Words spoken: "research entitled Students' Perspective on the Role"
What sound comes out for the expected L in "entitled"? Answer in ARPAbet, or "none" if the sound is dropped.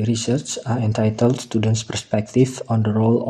L